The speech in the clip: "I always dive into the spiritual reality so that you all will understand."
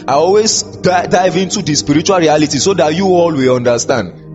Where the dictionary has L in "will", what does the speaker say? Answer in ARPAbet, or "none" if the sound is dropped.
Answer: L